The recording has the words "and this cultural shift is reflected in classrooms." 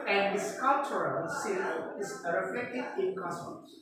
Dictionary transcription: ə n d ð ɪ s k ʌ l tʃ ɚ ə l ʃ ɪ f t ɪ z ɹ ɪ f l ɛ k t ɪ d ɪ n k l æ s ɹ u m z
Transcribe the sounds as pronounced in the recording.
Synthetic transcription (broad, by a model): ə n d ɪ s k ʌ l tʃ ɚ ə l s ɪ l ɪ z ɹ ɪ f l ɛ k t ɪ d ɪ n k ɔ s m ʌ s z